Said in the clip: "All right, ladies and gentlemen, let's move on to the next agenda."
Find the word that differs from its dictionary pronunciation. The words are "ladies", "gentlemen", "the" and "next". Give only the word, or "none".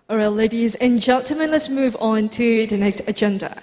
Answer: gentlemen